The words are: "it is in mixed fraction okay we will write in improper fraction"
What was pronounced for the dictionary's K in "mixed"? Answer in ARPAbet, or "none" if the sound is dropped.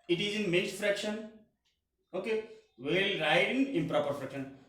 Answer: none